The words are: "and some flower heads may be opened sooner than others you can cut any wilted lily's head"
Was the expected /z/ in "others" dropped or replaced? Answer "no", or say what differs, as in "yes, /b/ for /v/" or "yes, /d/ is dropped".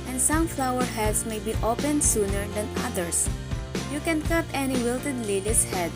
yes, /s/ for /z/